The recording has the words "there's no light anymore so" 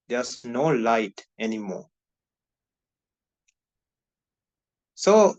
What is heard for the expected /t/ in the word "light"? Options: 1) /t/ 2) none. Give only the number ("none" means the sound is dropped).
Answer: 1